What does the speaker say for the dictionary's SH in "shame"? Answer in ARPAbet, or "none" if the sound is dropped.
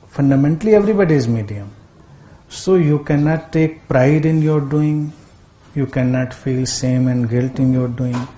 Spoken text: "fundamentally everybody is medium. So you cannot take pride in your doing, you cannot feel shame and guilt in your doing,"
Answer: S